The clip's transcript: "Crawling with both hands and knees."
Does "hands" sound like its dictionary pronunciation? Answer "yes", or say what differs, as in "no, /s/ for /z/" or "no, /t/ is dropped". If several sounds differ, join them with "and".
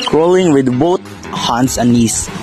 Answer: no, /s/ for /z/